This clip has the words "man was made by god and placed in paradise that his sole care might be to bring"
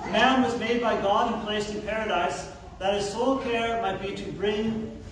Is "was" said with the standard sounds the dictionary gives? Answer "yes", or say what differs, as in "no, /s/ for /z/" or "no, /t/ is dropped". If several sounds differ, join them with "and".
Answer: yes